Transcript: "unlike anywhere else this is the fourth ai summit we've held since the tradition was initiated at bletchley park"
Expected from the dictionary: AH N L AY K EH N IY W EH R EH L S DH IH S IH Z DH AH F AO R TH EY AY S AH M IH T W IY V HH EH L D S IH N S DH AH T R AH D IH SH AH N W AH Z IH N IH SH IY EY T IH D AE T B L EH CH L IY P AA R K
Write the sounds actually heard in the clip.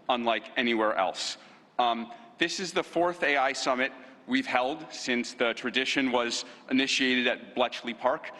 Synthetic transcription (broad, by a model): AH N L AY K EH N IY W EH R EH L S DH IH S IH Z DH AH F AO R TH EY AY S AH M IH T W IY V HH EH L D S IH N S DH AH T R AH D IH SH AH N W AH Z IH N IH SH IY EY T IH D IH T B L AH CH L IY P AA R K